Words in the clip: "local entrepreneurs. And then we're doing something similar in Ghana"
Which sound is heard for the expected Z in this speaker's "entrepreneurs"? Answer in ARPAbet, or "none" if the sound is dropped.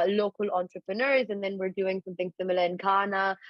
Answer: Z